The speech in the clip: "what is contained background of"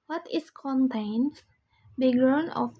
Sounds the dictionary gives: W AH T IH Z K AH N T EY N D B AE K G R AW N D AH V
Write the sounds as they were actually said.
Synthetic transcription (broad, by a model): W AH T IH S K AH N T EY N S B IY G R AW N AH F